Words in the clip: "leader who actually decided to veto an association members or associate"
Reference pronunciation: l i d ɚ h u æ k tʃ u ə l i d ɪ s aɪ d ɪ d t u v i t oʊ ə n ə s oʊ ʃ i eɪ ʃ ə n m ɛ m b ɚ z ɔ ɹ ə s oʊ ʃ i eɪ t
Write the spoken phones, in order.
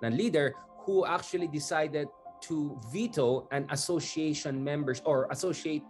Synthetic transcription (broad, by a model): l i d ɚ h u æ k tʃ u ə l i d ɪ s aɪ d ɪ d t u v i t oʊ ə n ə s oʊ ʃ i eɪ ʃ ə n m ɛ m b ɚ s ɔ ɹ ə s oʊ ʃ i eɪ t